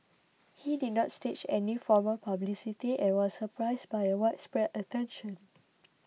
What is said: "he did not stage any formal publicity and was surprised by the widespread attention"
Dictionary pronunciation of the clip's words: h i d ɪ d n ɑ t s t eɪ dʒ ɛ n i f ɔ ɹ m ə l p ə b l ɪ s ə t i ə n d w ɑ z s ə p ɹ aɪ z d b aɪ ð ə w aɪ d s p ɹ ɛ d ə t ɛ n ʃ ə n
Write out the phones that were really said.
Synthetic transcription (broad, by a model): h i d ɪ d n ɑ t s t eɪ tʃ ɛ n i f ɔ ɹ m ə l p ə b l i s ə t i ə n w ɑ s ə p ɹ aɪ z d b aɪ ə w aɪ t s p ɹ ɛ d ə t ɛ n ʃ ə n